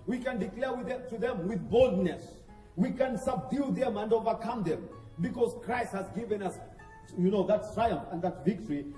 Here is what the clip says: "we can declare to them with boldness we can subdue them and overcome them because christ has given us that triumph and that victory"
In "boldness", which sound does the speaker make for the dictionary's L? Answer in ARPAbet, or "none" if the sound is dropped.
L